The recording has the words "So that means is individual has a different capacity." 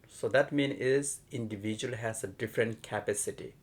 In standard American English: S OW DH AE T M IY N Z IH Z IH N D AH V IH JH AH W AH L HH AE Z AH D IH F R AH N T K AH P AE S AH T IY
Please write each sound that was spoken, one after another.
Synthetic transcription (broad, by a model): S OW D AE T M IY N IH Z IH N D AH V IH JH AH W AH L HH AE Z AH D IH F R AH N T K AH P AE S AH T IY